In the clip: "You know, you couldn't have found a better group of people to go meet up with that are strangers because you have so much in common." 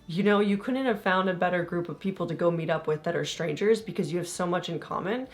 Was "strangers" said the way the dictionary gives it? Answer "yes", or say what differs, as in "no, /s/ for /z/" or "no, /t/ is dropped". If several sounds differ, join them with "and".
yes